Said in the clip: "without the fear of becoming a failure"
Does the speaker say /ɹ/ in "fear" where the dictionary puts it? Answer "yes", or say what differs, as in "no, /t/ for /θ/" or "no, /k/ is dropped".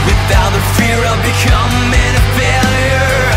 yes